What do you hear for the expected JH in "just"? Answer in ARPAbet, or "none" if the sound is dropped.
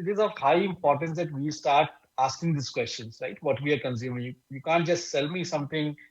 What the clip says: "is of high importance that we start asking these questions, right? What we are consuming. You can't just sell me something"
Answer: JH